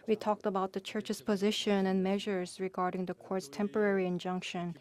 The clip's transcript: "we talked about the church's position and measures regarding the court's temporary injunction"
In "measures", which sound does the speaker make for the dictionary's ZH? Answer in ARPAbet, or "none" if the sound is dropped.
ZH